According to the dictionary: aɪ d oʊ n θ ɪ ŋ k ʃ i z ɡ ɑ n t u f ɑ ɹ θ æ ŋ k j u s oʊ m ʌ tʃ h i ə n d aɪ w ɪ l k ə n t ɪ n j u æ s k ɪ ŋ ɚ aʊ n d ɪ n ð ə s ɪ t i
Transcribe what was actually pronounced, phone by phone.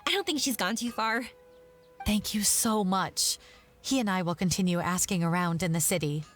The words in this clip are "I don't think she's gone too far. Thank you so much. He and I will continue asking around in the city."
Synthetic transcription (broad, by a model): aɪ d oʊ n θ ɪ ŋ k ʃ i z ɡ ɑ n t u f ɑ ɹ θ æ ŋ k j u s oʊ m ʌ tʃ h i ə n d aɪ w ɪ l k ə n t ɪ n j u æ s k ɪ ŋ ɚ aʊ n d ɪ n ð ə s ɪ t i